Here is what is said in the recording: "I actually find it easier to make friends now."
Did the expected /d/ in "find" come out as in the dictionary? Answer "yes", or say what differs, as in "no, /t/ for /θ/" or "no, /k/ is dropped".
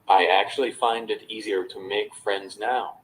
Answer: yes